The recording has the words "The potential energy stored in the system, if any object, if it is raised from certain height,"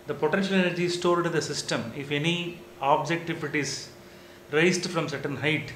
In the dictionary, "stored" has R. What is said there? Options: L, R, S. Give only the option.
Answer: L